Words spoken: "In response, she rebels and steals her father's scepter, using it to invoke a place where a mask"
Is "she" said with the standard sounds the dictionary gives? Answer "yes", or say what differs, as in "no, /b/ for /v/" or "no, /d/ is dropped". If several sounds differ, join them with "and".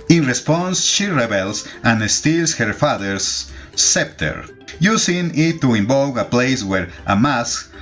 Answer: yes